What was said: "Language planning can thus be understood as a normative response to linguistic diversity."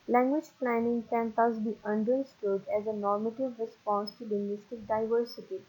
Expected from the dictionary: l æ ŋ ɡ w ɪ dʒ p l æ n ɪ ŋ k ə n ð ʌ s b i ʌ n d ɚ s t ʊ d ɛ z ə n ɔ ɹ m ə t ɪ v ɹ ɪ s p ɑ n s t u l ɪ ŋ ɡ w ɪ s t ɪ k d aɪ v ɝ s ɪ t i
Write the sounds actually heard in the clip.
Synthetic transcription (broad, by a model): l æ ŋ ɡ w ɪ dʒ p l æ n ɪ ŋ k ə n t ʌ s b i ʌ n d ɚ s t ʊ d ɛ z ə n ɔ ɹ m ə t ɪ v ɹ ɪ s p ɑ n s t u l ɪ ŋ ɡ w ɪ s t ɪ k d aɪ v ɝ s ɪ t i